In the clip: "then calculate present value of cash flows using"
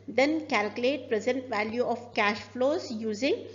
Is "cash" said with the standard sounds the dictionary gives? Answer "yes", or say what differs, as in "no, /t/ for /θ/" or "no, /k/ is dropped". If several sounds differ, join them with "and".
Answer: yes